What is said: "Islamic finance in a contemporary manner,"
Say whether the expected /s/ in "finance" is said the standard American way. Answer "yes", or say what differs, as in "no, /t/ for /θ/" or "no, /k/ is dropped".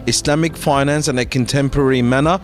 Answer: yes